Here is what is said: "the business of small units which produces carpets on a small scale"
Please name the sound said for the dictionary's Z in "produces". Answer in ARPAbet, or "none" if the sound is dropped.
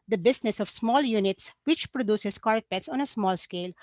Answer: S